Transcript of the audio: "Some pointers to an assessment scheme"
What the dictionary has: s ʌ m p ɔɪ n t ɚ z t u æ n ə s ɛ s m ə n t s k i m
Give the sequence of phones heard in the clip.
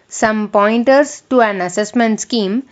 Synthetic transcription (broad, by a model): s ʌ m p ɔɪ n t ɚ s t u æ n ə s ɛ s m ə n t s k i m